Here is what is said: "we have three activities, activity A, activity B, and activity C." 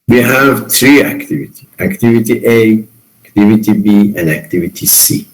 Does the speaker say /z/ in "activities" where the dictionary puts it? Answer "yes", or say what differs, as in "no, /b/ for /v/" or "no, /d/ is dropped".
no, /z/ is dropped